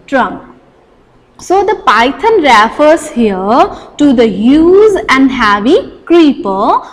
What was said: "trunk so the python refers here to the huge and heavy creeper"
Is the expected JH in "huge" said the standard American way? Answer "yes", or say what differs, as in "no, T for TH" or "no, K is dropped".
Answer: no, Z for JH